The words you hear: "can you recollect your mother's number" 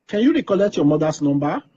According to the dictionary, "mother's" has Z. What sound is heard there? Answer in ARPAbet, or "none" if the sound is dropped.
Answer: S